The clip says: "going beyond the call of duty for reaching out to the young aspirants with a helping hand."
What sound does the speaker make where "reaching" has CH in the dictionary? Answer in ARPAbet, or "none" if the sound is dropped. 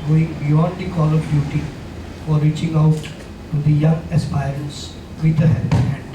CH